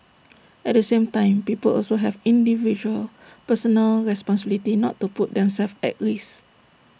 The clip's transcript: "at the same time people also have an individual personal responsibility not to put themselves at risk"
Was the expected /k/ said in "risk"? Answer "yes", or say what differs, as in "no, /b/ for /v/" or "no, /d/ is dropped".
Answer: no, /k/ is dropped